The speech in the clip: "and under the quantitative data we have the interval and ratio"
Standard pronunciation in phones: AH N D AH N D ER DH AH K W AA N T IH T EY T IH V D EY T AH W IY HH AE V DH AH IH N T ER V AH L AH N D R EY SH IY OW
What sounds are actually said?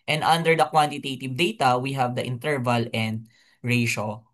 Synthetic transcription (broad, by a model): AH N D AH N D ER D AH K W AA N T IH T EY T IH V D EY T AH W IY HH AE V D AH IH N T ER V AH L AH N D R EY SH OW